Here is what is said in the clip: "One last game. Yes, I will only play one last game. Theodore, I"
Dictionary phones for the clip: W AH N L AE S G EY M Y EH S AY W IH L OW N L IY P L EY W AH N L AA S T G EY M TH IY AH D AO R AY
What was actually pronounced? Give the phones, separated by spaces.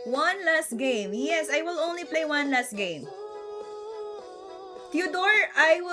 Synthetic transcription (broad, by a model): W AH N L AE S G EY M Y EH S AY W IH L OW N L IY P L EY W AH N L AA S T G EY M T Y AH D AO R AY